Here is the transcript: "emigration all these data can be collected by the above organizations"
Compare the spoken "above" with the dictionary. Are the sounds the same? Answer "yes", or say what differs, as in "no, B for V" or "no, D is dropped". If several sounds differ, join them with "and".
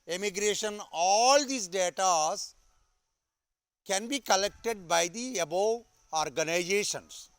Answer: no, V is dropped